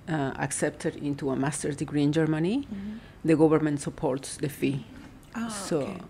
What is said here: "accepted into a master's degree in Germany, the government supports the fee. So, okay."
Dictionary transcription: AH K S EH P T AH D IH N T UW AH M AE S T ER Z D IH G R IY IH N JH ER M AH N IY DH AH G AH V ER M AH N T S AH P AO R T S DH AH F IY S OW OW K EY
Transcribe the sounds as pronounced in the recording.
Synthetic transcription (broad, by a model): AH K S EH P T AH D IH N T UW AH M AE S T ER D IH G R IY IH N JH ER M AH N IY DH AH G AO B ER M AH N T S AH P AO R T S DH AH F IY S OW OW